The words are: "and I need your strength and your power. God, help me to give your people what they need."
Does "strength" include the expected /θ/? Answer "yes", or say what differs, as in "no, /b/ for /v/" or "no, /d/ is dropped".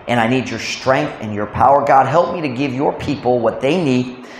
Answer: yes